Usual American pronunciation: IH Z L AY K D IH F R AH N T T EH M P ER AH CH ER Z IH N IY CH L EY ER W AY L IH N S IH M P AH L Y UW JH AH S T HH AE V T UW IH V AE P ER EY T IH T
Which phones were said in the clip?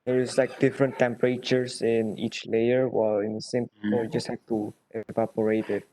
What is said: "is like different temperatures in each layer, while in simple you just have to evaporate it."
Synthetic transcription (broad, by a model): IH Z L AY K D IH F R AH N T T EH M P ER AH CH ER S IH N IY CH L EY ER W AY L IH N S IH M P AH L JH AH S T HH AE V T UW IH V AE P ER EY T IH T